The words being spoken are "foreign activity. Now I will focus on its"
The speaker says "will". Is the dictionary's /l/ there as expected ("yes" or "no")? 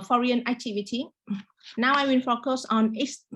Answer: no